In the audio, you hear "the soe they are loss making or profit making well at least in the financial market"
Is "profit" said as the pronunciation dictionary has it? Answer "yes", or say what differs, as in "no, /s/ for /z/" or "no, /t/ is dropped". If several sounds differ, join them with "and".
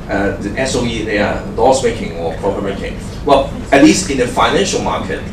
no, /p/ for /f/